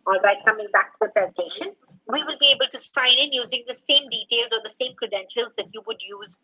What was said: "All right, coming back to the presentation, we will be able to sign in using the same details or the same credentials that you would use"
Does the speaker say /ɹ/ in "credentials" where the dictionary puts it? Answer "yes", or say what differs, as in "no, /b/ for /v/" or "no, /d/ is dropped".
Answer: yes